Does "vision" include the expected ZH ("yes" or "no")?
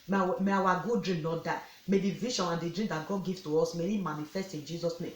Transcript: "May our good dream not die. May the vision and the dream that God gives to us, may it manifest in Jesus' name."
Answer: no